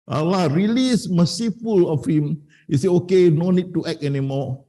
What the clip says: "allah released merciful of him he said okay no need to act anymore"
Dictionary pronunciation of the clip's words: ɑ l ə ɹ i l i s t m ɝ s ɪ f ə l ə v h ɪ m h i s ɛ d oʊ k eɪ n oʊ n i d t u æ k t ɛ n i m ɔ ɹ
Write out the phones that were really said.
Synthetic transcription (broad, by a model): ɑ l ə ɹ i l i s m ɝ s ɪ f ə l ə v h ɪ m h i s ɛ oʊ k eɪ n oʊ n i d t u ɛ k ɛ n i m ɔ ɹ